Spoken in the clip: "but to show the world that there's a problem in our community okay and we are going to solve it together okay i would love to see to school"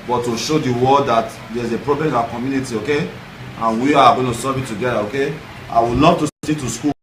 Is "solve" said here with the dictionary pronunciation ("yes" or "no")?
no